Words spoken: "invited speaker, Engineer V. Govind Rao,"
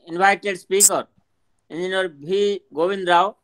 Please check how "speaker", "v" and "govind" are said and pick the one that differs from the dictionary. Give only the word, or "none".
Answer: v